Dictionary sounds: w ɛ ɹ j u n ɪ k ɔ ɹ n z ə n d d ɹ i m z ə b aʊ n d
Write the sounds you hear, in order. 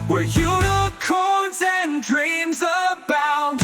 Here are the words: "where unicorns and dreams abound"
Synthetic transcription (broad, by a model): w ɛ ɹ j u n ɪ k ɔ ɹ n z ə n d d ɹ i m z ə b aʊ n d